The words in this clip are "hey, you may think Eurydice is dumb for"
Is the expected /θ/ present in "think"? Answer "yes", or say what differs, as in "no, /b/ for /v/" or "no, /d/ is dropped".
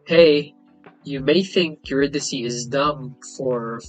yes